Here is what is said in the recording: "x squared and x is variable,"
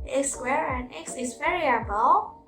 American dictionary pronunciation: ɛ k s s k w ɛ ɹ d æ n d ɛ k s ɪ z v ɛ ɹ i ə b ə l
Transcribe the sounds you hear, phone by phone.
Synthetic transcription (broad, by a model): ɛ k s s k w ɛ ɹ æ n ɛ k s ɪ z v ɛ ɹ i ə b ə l